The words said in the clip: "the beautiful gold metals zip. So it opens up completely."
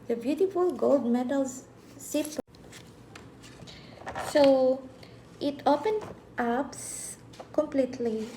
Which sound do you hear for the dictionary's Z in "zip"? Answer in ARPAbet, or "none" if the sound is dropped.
S